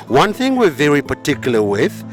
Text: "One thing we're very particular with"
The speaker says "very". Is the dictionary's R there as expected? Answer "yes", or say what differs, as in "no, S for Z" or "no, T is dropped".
yes